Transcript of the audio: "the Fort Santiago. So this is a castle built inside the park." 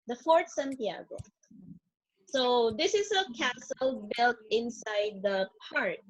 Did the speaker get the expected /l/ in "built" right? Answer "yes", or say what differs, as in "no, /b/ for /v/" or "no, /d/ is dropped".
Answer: yes